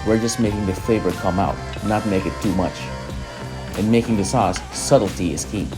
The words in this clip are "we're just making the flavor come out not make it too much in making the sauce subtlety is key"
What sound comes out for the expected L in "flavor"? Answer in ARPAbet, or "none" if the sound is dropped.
none